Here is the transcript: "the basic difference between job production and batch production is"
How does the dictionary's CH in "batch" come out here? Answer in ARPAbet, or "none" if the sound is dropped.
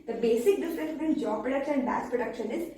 S